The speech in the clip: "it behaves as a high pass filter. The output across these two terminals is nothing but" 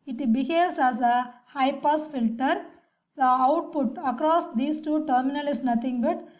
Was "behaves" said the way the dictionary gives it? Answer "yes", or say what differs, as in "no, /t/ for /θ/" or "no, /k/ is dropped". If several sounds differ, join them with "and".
no, /s/ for /z/